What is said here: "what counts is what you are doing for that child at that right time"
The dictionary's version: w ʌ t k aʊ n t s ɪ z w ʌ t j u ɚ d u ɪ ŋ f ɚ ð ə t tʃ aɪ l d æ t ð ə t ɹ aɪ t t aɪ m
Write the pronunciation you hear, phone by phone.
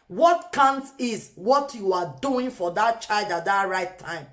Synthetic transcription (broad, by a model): w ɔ t k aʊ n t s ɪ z w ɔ t j u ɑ d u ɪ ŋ f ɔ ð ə t tʃ aɪ l d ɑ t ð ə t ɹ aɪ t t aɪ m